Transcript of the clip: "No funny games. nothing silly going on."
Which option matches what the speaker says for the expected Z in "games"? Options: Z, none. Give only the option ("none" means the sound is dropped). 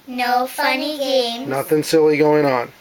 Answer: none